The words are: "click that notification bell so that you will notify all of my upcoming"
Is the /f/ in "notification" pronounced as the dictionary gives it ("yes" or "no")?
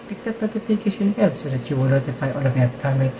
no